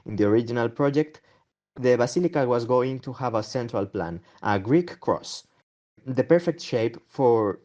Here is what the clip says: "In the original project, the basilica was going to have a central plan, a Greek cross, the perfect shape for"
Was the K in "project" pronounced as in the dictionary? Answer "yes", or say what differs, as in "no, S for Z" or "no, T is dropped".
yes